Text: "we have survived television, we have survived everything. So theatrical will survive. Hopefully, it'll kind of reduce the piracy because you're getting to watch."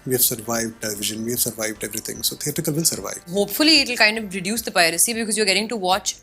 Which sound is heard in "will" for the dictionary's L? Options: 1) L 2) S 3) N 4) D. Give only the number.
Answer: 3